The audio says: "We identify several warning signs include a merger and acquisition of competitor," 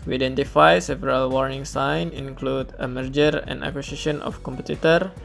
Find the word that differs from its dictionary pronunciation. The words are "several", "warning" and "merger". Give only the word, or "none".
none